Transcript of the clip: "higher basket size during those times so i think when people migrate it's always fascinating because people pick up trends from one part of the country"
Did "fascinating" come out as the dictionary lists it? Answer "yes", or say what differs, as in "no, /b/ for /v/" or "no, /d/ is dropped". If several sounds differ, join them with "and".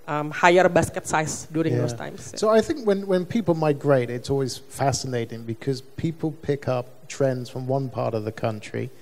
yes